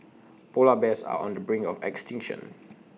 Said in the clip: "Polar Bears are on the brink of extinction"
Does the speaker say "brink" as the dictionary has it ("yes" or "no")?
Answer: no